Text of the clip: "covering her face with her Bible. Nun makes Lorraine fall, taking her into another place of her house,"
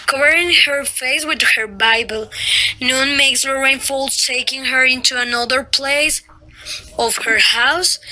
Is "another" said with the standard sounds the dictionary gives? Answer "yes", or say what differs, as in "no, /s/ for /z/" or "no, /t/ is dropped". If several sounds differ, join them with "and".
yes